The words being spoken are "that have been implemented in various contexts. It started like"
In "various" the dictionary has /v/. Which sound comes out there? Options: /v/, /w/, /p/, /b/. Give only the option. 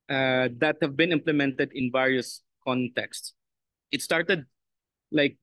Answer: /v/